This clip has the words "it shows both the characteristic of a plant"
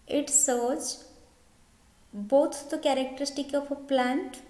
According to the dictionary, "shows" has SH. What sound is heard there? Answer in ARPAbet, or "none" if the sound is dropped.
S